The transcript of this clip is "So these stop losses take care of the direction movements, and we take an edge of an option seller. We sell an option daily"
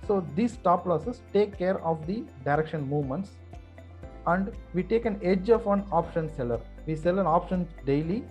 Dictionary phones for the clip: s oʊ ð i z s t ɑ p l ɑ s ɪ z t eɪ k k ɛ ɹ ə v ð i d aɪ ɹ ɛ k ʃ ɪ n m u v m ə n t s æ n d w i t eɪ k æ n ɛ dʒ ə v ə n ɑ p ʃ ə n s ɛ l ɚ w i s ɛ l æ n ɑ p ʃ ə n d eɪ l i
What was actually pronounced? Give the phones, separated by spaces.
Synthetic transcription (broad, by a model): s oʊ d i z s t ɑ p l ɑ s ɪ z t eɪ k k ɛ ɹ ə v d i d aɪ ɹ ɛ k ʃ ɪ n m u v m ə n t s æ n d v i t eɪ k æ n ɛ dʒ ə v ə n ɑ p ʃ ə n s ɛ l ɚ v i s ɛ l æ n ɑ p ʃ ə n d eɪ l i